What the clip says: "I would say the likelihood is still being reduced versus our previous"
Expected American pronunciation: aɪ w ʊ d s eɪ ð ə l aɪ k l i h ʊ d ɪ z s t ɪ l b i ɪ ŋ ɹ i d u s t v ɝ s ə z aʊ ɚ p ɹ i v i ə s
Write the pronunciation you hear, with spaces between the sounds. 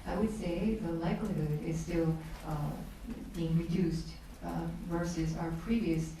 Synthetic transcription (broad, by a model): aɪ w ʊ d s eɪ ð ə l aɪ k l i h ʊ d ɪ z s t ɪ l b i ɪ ŋ ɹ i d u s t v ɝ s ə z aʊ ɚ p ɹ i v i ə s